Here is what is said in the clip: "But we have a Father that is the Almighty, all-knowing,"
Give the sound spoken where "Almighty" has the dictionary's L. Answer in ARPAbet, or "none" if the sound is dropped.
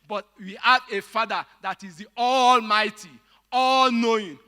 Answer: L